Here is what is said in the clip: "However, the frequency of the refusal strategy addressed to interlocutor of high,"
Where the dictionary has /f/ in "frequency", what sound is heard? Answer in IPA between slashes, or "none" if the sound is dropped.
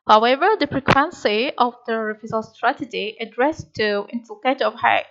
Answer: /p/